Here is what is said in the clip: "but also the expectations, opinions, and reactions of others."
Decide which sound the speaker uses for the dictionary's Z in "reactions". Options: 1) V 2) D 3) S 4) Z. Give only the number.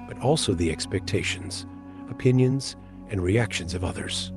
4